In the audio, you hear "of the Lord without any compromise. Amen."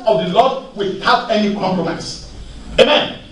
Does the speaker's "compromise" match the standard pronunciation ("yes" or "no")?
no